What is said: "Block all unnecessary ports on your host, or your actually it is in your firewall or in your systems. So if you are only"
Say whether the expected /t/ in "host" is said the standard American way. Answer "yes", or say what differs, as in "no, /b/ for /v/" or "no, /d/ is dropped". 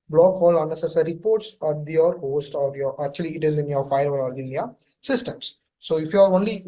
yes